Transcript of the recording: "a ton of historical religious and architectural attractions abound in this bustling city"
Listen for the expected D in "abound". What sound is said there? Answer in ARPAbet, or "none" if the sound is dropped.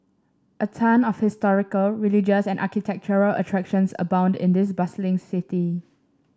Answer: D